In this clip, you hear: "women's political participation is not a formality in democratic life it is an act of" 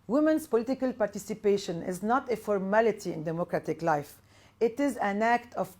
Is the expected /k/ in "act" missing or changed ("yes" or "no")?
no